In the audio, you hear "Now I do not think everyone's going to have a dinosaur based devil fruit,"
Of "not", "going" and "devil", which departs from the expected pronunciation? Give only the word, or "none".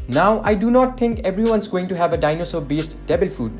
devil